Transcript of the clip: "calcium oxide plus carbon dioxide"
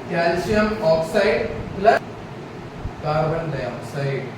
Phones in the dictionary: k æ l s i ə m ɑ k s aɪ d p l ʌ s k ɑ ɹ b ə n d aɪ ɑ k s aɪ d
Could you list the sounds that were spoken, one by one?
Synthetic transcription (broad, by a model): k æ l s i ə m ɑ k s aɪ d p l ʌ k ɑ ɹ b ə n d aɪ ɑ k s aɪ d